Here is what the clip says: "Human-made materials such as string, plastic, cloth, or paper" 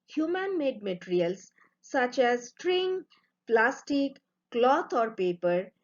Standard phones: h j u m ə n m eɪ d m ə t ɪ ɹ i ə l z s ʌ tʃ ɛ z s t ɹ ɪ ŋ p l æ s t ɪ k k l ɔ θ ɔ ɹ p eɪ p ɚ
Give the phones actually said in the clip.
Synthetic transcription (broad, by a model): h j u m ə n m eɪ d m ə t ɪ ɹ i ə l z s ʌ tʃ ɛ z s t ɹ ɪ ŋ p l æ s t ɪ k k l ɔ t ɔ ɹ p eɪ p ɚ